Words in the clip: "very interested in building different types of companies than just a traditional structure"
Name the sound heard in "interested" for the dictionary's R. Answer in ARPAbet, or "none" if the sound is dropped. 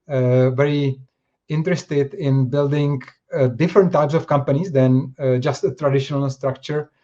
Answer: R